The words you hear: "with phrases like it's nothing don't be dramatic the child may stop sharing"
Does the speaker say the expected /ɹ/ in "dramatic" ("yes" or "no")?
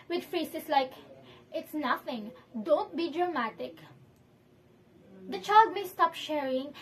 yes